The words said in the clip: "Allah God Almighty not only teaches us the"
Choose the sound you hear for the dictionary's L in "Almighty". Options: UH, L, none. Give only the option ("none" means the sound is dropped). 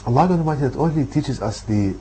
none